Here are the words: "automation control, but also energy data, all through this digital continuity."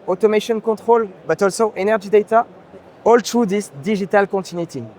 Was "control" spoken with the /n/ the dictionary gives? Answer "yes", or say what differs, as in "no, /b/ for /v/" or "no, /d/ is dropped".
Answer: no, /n/ is dropped